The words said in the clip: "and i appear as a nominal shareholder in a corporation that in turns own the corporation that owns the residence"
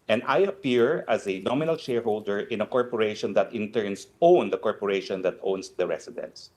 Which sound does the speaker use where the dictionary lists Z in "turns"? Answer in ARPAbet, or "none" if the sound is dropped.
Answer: S